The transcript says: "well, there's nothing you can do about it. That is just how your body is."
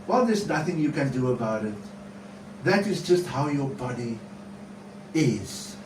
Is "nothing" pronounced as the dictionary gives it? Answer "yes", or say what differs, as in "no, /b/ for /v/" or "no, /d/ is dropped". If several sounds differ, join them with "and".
yes